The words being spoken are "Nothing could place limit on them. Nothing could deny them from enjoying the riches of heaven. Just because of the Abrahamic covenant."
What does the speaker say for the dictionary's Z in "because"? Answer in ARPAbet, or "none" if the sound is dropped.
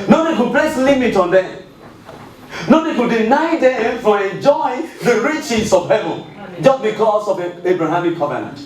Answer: S